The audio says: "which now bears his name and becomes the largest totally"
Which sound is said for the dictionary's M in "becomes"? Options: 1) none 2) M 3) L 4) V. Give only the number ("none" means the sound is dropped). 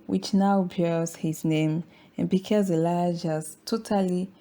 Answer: 1